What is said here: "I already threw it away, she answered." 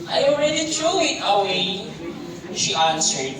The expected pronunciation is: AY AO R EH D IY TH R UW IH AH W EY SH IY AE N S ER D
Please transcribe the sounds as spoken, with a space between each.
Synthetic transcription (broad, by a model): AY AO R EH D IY T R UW IH AH W EY SH IY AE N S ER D